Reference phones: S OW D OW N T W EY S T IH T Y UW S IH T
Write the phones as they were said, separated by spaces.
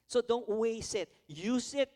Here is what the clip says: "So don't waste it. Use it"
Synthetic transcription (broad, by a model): S OW D OW N T W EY S IH T Y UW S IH T